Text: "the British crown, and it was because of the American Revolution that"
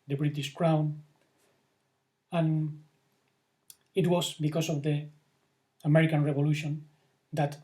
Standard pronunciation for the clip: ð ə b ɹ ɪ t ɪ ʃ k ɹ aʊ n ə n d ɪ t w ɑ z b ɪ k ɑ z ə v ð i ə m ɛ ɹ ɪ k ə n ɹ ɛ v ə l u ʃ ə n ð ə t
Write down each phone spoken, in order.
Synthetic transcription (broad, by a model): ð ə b ɹ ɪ t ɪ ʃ k ɹ aʊ n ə n ɪ t w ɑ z b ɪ k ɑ s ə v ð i ə m ɛ ɹ ɪ k ə n ɹ ɛ v ə l u ʃ ə n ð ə t